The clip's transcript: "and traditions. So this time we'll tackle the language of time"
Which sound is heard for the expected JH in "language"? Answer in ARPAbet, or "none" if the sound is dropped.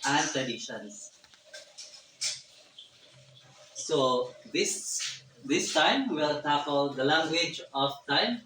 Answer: JH